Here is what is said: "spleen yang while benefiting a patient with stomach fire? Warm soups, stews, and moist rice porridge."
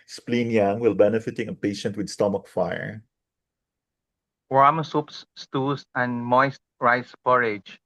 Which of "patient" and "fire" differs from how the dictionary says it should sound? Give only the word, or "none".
none